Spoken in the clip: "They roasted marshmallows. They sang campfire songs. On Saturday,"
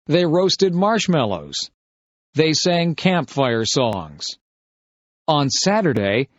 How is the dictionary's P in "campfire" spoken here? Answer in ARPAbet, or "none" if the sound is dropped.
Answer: P